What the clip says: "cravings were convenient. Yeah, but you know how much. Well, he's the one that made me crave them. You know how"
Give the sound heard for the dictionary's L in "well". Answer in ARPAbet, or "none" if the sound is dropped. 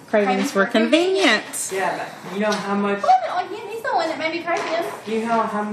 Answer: N